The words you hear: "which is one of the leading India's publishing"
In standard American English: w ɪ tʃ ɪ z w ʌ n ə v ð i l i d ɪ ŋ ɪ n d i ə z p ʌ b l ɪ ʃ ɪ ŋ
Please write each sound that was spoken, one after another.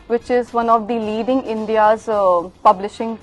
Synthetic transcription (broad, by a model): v ɪ tʃ ɪ z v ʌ n ə v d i l i d ɪ ŋ ɪ n d i ə z p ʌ b l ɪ ʃ ɪ ŋ